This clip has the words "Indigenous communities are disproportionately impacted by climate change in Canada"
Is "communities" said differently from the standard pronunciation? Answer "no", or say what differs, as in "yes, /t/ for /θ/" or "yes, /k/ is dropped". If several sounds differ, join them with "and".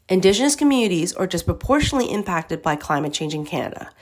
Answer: no